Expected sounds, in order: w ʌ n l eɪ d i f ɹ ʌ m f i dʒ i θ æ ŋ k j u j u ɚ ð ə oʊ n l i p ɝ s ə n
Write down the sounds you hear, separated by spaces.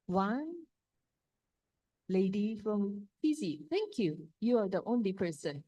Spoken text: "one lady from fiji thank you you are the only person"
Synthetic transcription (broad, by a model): w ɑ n l eɪ d i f ɹ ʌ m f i z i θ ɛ ŋ k j u j u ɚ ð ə oʊ n l i p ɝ s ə n